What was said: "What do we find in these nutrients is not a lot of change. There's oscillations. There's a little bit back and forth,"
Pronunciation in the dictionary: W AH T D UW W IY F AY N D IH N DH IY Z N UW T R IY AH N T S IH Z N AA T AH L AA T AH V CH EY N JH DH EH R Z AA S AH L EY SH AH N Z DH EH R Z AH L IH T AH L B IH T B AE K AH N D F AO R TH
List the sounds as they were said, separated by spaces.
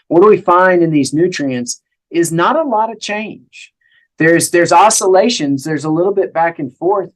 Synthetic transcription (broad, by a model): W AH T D W IY F AY N D IH N DH IY Z N UW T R IY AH N T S IH Z N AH T AH L AA T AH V CH EY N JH DH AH R Z AA S AH L EY SH AH N Z DH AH R Z AH L IH T L B IH T B AE K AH N F AO R TH